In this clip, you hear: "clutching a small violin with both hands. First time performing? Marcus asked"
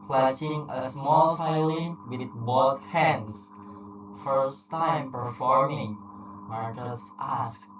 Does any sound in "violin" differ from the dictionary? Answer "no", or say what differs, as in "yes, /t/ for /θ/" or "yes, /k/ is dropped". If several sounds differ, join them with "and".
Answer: yes, /f/ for /v/